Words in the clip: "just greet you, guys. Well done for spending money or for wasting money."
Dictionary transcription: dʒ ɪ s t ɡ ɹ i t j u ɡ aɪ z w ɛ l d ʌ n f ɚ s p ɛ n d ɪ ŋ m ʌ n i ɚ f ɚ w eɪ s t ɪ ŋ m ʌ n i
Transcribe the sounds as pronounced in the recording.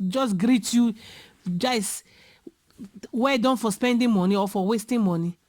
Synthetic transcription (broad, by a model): dʒ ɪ s ɡ ɹ i t j u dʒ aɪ s w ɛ d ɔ n f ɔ s p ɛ n d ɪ m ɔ n i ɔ f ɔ w eɪ s t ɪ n m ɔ n i